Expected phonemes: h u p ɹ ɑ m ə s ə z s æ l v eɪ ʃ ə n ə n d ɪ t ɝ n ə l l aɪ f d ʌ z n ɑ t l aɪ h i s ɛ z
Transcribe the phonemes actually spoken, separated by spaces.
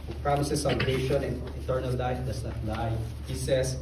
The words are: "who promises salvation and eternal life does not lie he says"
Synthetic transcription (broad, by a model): p ɹ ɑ m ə s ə s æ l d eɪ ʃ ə n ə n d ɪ t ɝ n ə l l aɪ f d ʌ s n ɑ t l aɪ h i s ɛ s